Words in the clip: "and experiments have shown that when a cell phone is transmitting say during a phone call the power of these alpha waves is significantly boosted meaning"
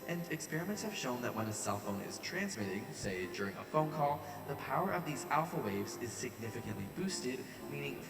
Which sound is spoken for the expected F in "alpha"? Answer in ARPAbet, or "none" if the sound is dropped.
F